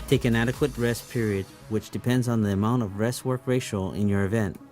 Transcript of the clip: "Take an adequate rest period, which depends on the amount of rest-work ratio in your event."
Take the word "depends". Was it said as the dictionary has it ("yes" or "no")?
yes